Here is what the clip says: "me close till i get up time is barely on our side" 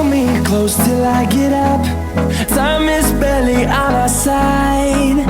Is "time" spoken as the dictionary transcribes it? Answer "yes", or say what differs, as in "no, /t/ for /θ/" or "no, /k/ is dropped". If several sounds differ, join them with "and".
no, /s/ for /t/